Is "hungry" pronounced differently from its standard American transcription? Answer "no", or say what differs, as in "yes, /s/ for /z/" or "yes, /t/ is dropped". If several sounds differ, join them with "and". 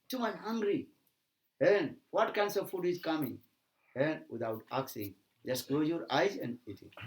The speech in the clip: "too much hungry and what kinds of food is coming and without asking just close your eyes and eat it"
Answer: no